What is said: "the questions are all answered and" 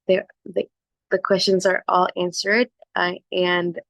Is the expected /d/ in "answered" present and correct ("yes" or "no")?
yes